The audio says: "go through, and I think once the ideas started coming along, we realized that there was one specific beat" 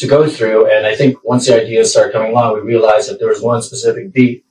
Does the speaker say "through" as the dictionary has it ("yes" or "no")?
yes